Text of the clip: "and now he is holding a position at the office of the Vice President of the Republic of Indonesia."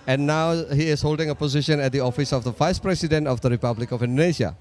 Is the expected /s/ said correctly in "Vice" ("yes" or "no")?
yes